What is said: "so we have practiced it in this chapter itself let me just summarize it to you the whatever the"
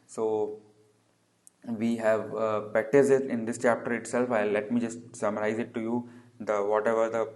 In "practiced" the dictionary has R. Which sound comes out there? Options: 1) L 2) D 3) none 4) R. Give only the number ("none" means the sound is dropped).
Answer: 3